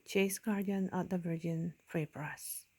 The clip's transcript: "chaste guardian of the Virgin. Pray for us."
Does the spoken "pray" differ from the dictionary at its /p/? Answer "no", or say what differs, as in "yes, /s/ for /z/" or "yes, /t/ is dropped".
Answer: yes, /f/ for /p/